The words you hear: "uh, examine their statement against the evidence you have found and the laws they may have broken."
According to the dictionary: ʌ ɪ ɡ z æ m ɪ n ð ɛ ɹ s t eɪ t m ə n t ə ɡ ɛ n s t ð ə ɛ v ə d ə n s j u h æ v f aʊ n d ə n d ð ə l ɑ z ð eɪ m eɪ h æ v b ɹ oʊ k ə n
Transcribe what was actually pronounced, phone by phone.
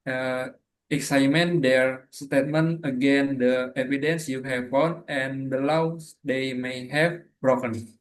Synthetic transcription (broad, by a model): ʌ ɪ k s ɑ m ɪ n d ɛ ɹ s t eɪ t m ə n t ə ɡ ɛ n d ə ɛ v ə d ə n s j u h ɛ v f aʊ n ə n d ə l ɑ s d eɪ m eɪ h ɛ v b ɹ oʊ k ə n